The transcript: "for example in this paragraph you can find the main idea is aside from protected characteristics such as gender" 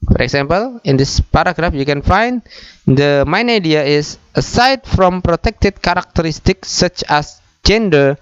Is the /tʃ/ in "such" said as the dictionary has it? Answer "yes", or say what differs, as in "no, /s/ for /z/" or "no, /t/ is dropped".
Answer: yes